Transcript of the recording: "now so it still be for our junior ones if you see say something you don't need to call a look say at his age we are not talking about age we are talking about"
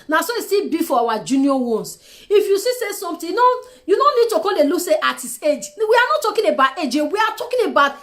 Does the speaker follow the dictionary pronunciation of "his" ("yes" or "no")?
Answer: no